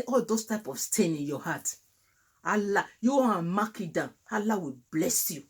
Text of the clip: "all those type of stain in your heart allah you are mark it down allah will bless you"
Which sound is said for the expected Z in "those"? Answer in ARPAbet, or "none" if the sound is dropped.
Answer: S